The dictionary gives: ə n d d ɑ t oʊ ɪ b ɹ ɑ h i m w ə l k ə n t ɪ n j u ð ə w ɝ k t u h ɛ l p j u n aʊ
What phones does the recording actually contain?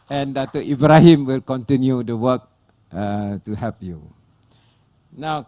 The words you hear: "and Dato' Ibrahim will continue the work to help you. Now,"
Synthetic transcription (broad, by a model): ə n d d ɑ t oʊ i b ɹ ɑ h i m w ə l k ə n t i n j u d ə w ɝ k t u h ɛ p j u n aʊ